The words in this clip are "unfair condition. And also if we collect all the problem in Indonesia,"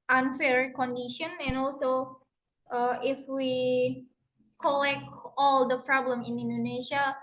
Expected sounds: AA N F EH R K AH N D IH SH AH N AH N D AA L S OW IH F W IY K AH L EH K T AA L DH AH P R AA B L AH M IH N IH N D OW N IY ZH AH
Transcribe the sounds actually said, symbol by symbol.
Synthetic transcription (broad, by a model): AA N F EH R K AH N D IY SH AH N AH N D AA L S OW IH F W IY K AH L EH K T AA L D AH P R AA B L AH M IH N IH N D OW N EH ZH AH